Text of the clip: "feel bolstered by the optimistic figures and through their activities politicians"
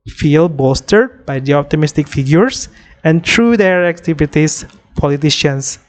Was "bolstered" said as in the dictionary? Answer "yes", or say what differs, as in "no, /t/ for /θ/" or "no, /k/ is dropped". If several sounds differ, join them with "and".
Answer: no, /l/ is dropped